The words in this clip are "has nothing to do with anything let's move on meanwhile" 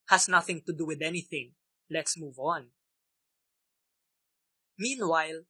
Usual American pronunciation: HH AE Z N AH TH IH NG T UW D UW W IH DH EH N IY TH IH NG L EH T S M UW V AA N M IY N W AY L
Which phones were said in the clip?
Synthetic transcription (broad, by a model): HH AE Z N AH TH IH NG T UW D UW W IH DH EH N IY TH IH NG L EH T S M UW V AA N M IY N W AY L